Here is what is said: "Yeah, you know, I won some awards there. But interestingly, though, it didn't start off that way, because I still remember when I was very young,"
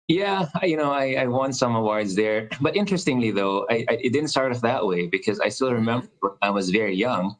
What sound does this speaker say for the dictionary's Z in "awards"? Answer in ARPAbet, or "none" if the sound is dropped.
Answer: Z